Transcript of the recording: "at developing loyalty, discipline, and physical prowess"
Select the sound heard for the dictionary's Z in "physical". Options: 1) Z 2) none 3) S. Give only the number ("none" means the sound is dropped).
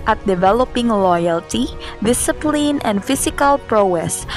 3